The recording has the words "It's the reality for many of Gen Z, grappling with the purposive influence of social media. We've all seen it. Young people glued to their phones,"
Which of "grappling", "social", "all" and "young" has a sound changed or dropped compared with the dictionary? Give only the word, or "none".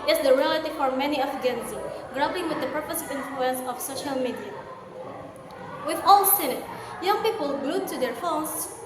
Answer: grappling